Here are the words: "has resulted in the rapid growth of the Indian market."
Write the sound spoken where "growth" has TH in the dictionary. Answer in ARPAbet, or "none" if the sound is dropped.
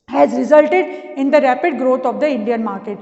T